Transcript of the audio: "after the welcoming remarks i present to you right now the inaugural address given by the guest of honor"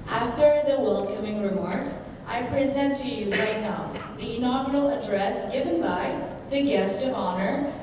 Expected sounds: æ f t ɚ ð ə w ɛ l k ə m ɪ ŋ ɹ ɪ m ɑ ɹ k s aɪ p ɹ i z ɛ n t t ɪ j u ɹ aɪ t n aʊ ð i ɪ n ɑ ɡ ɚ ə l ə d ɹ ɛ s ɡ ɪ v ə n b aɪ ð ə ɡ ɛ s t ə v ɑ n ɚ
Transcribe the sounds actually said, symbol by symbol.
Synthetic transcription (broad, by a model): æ f t ɚ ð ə w ɛ l k ə m ɪ ŋ ɹ ɪ m ɑ ɹ k s aɪ p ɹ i z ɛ n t t ɪ j u ɹ aɪ t n aʊ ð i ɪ n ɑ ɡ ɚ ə l ə d ɹ ɛ s ɡ ɪ v ə n b aɪ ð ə ɡ ɛ s t ə v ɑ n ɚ